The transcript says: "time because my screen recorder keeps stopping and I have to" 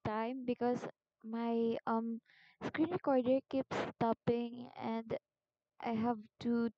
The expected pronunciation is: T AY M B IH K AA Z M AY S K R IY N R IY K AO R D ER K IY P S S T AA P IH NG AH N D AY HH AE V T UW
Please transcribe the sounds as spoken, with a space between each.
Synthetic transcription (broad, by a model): T AY M B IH K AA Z M AY S K R IY N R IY K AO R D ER K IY P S S T AA P IH NG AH N D AY HH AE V T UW